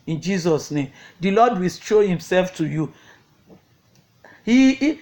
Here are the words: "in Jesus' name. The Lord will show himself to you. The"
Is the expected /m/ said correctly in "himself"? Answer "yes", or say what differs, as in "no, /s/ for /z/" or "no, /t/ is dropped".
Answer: yes